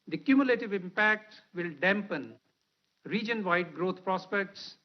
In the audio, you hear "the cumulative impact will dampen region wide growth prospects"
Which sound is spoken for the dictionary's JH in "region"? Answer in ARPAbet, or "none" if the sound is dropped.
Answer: JH